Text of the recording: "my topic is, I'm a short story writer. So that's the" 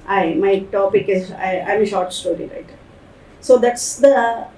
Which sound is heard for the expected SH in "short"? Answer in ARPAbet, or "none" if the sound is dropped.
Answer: SH